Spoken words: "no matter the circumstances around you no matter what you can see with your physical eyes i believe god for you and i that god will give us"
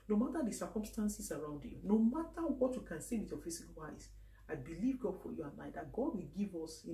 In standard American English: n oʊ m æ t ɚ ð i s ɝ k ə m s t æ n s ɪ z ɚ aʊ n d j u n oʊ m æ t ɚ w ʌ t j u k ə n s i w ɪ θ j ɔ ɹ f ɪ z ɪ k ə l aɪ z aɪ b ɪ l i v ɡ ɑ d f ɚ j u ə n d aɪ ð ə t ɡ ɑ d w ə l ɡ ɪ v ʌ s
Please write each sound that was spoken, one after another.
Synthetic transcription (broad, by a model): n oʊ m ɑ t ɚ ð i s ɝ k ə m s t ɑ n s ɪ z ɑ aʊ n d j u n oʊ m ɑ t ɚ w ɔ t j u k ə n s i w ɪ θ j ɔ f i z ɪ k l aɪ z aɪ b ɪ l i v ɡ ɑ d f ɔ j u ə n aɪ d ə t ɡ ɑ d w ə l ɡ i v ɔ s